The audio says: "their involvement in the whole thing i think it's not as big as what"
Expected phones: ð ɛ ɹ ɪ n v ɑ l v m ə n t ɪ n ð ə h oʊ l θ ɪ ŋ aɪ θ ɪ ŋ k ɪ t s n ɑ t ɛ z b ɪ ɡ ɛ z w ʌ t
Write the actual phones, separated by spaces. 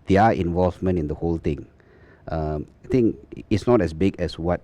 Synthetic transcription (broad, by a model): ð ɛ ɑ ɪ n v ɑ l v m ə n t ɪ n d ə h oʊ l t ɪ ŋ aɪ t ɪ ŋ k ɪ t s n ɑ t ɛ s b ɪ ɡ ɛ s w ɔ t